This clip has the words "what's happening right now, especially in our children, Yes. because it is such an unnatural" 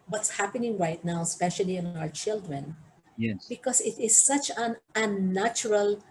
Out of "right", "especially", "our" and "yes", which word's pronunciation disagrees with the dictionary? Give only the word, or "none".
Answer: yes